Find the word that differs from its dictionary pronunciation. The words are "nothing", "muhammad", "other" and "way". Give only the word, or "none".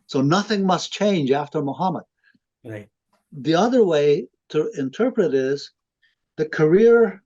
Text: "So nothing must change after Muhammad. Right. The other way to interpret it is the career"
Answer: none